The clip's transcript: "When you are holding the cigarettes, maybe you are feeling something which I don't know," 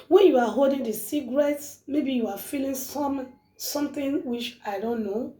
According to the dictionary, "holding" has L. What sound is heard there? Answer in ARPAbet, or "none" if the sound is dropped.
L